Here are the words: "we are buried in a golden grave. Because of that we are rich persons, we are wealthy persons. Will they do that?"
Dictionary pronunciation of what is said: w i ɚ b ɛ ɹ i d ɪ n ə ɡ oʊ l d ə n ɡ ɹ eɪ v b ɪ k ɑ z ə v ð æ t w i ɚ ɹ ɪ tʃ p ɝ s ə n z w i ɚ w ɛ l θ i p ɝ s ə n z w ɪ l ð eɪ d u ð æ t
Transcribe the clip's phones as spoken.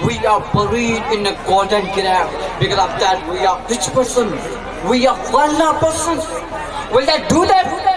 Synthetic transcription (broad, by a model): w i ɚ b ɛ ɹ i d ɪ n ə ɡ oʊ d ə n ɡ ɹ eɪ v b ɪ k ɑ z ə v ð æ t w i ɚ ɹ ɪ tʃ p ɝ s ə n w i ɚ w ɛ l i p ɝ s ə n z w ɪ l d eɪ d u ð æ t